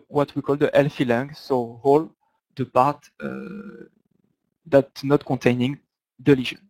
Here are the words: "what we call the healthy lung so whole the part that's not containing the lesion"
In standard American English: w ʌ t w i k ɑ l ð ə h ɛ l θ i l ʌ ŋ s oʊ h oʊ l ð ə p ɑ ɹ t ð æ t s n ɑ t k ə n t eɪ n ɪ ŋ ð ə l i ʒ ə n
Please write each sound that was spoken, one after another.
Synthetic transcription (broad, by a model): w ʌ t w i k ɑ l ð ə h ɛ l f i l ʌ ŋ s oʊ h oʊ l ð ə p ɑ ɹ t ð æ t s n ɑ t k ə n t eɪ n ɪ ŋ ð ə l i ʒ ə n